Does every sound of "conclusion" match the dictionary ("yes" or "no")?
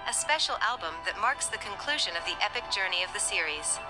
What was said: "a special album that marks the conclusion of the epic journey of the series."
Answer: yes